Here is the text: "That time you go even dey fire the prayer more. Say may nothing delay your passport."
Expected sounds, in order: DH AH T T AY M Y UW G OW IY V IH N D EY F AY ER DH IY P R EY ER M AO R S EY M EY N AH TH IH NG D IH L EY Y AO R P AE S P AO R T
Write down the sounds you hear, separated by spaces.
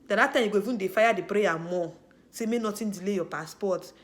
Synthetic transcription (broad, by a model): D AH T T AY M Y UW G OW IY V IH N D EY F AY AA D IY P R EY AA M AO S EY M EY N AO T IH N D IH L EY Y AO P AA S P AO T